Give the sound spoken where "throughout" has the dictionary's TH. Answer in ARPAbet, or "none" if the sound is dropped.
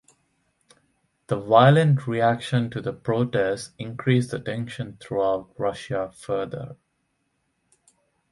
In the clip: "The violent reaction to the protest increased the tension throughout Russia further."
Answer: T